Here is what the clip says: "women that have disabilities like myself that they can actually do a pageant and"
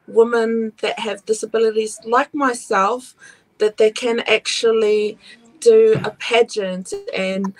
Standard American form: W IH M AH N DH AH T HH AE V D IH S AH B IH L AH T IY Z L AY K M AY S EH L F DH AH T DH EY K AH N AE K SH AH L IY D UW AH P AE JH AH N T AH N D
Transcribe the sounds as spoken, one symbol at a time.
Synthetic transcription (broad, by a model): W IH M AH N DH AH T HH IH V D IH S AH B IH L AH T IY Z L AY K M AY S EH L F DH AH T DH EY K AH N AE K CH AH L IY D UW AH P AE JH AH N T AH N